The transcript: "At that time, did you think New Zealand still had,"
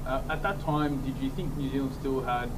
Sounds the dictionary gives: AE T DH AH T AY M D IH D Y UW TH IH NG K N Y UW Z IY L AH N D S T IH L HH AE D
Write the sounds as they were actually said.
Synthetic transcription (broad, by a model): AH T DH AH T AY M D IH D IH TH IH NG K N Y UW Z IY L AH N S T IH L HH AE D